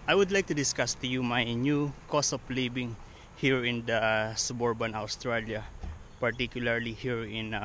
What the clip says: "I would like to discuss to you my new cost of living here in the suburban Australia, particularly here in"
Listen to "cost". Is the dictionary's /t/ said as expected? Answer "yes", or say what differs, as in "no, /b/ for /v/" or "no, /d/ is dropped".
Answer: no, /t/ is dropped